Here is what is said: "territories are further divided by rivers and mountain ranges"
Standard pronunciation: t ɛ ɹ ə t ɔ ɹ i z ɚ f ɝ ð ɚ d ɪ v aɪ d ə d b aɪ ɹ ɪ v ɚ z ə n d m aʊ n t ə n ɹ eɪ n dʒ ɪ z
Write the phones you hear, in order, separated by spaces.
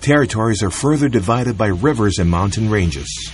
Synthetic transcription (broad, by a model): t ɛ ɹ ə t ɔ ɹ i z ɚ f ɝ ð ɚ d ɪ v aɪ d ə d b aɪ ɹ ɪ v ɚ z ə n m aʊ n t ə n ɹ eɪ n dʒ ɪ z